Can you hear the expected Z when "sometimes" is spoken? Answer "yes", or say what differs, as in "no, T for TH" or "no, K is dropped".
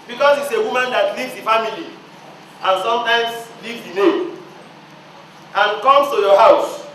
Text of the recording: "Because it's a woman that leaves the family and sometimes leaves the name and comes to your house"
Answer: no, S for Z